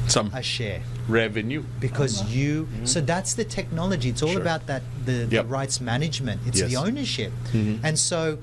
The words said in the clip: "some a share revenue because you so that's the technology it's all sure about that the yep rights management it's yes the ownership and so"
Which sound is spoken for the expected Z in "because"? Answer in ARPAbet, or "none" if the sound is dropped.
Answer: Z